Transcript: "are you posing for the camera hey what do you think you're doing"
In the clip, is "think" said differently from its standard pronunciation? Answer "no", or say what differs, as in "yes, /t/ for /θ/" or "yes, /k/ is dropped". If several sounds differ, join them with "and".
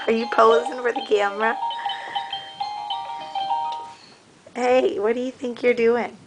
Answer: no